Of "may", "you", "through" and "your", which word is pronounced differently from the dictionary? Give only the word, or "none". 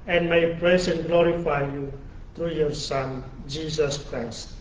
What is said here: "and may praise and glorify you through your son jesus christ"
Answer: through